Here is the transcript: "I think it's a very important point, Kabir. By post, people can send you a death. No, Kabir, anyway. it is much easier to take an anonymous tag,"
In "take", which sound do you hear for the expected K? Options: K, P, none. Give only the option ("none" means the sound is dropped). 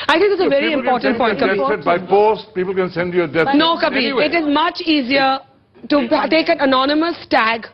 K